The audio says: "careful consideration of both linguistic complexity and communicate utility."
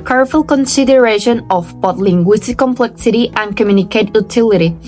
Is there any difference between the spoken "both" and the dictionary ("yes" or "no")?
yes